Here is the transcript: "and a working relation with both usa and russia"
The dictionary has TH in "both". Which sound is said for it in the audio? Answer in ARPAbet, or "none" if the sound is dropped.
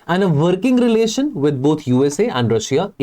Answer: T